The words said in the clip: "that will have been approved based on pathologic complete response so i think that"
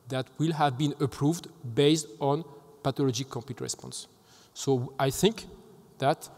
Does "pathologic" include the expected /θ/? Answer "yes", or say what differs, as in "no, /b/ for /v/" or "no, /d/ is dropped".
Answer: no, /t/ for /θ/